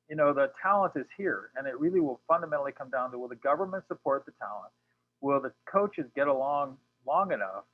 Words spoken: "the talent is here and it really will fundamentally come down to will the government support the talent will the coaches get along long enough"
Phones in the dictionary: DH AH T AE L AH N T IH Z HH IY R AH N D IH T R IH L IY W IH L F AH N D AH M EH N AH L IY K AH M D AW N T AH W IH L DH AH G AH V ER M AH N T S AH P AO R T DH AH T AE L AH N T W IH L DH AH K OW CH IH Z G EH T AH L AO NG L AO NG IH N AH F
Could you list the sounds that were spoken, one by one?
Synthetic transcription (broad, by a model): DH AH T AE L AH N T IH Z HH IY R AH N IH T R IH L IY W IH L F AH N D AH M EH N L IY K AH M D AW N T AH W IH L DH AH G AH V ER M AH N T S AH P AO R T DH AH T AE L AH N T W IH L DH AH K OW CH IH Z G EH T AH L AO NG L AO NG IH N AH F